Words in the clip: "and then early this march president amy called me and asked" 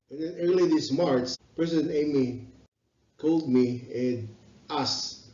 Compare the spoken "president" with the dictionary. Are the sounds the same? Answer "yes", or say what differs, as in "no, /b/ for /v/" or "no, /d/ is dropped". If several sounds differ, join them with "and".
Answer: no, /t/ is dropped